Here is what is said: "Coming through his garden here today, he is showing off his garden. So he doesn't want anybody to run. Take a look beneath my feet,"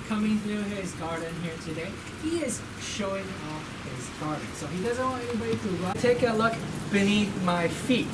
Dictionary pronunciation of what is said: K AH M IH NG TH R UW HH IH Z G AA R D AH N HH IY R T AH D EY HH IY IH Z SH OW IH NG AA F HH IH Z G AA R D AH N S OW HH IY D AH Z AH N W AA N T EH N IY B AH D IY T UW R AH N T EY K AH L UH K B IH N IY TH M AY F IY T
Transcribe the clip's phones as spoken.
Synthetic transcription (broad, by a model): K AH M IH NG TH R UW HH IH Z G AA R D N HH IY R T AH D EY HH IY IH Z SH OW IH NG AA F HH IH Z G AA R D N S OW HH IY D AH Z AH N W AA N T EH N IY B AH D IY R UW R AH T EY K AH L UH K B IH N IY TH M AY F IY T